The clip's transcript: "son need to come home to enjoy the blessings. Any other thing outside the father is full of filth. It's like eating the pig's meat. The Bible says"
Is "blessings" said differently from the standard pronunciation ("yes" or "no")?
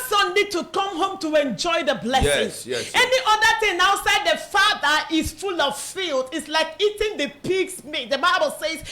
yes